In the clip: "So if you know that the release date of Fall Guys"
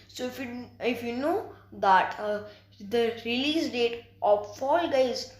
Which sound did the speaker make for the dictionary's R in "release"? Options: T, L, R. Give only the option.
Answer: R